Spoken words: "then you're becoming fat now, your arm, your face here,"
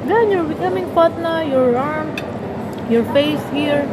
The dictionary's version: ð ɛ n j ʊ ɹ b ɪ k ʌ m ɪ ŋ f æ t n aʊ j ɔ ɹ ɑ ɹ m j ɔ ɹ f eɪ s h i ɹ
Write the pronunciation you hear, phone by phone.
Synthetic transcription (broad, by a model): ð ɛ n j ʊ ɹ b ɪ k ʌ m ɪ ŋ p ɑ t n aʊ j ɔ ɹ ɑ ɹ m j ɔ ɹ f eɪ s h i ɹ